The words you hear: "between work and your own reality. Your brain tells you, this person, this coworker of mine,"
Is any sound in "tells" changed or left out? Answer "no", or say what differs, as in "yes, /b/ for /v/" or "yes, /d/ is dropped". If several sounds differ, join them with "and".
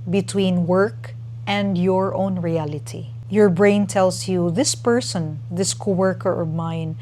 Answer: yes, /s/ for /z/